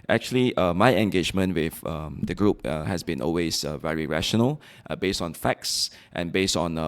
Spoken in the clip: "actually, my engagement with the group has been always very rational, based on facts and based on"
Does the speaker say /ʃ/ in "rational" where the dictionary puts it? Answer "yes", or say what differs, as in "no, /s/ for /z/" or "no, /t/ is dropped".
yes